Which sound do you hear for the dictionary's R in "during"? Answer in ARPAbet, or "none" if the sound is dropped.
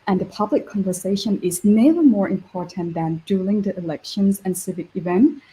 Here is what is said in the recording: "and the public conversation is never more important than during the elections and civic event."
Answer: L